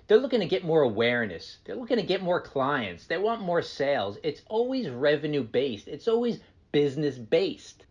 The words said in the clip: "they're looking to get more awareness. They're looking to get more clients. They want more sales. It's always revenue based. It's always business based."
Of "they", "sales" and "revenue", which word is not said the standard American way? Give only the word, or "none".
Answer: none